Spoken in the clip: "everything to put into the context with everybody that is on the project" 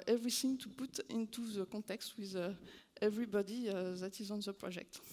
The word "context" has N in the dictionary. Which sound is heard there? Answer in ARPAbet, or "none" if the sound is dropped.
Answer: none